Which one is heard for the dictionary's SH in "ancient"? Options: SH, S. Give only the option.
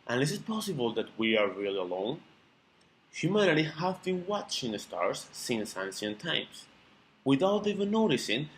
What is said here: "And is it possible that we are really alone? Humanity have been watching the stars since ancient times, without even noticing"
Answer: S